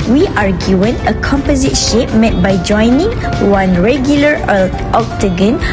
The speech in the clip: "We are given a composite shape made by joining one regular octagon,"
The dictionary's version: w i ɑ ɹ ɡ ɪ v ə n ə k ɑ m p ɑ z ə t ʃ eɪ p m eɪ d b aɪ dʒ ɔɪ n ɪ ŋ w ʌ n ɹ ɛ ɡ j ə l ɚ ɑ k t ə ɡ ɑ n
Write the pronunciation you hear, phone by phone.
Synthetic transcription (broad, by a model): w i ɑ ɹ ɡ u ə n ə k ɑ m p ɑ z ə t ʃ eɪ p m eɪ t b aɪ dʒ ɔɪ n ɪ ŋ w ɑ n ɹ ɛ ɡ j ə l ɚ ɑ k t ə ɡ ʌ n